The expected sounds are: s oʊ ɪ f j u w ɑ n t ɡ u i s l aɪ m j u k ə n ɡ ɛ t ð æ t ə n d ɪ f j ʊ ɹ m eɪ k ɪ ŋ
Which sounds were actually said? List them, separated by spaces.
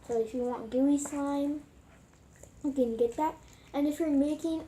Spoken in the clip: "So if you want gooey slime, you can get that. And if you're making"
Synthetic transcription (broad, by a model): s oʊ ɪ f j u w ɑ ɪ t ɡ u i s aɪ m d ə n ɡ ɛ t ð æ t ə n ɪ f j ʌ ɹ m eɪ k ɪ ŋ